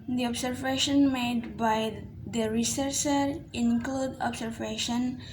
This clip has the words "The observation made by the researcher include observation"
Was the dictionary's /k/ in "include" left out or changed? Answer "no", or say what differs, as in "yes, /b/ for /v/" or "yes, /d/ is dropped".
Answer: no